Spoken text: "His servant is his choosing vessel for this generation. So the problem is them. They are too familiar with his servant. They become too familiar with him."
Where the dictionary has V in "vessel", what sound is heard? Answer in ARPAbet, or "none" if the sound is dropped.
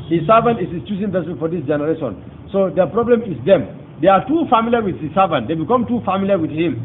P